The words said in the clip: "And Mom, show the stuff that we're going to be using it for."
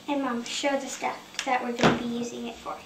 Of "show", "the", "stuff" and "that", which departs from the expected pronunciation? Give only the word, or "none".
stuff